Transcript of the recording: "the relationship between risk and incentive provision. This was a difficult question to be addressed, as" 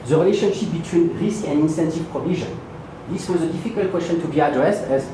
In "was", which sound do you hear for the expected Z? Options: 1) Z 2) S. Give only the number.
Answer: 1